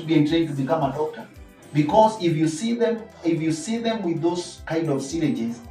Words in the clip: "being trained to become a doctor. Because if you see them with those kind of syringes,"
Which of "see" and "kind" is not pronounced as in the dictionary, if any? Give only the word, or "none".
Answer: none